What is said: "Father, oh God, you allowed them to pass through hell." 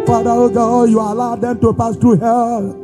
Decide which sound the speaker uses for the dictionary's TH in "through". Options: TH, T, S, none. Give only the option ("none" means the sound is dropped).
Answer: T